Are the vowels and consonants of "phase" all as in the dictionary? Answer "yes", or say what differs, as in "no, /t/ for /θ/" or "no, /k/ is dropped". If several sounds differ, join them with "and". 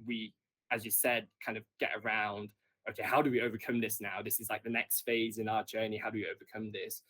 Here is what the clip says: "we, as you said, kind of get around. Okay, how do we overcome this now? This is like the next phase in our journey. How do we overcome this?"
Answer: yes